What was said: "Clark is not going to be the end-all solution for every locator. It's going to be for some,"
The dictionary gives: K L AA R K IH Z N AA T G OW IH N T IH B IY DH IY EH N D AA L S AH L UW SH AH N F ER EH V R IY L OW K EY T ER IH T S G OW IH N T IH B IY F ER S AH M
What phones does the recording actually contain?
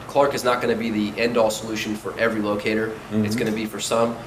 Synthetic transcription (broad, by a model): K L AA R K IH Z N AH T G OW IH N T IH B IY DH IY EH N D AA L S AH L UW SH AH N F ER EH V R IY L OW K EY T ER IH T S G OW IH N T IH B IY F ER S AH M